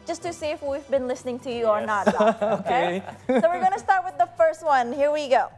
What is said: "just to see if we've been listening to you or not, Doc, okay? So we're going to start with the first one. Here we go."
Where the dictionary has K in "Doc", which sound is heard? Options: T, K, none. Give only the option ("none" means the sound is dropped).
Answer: none